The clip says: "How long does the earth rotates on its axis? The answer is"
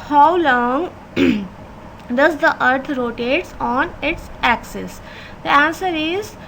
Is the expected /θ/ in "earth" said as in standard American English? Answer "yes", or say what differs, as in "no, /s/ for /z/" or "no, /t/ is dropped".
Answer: no, /t/ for /θ/